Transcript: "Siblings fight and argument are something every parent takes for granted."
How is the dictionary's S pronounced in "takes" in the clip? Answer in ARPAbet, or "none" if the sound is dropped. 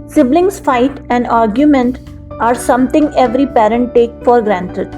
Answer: none